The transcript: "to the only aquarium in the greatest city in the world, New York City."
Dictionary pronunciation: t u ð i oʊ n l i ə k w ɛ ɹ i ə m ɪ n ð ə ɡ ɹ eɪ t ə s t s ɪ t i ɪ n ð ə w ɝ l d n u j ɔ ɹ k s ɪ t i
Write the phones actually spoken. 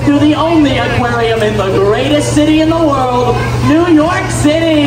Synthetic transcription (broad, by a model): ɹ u ð i oʊ n l i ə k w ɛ ɹ i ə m ɪ n ð ə ɡ ɹ eɪ t ə s t s ɪ t i ɪ n ð ə w ɝ l d n u j ɔ ɹ k s ɪ t i